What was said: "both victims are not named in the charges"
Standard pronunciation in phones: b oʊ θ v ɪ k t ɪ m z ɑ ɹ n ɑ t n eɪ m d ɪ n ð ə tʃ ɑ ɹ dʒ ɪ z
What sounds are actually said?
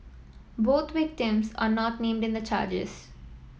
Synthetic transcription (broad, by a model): b oʊ t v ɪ k t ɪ m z ɑ ɹ n ɑ t n eɪ m d ɪ n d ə tʃ ɑ ɹ dʒ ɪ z